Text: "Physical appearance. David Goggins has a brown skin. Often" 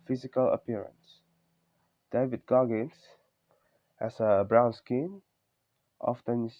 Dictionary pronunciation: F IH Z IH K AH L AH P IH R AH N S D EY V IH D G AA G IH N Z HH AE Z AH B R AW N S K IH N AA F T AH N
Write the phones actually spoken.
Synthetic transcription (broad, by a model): F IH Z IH K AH L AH P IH R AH N S D EY V IH D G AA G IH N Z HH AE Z AH B R AW N S K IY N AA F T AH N